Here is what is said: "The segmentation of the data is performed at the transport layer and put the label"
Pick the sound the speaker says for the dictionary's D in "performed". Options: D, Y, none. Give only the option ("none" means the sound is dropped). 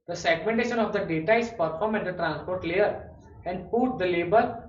none